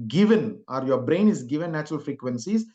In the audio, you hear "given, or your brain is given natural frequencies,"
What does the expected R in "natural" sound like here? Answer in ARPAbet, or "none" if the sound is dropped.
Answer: R